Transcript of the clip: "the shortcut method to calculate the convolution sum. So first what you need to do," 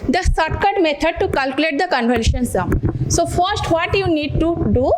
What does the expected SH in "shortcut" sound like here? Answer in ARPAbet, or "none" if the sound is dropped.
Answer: S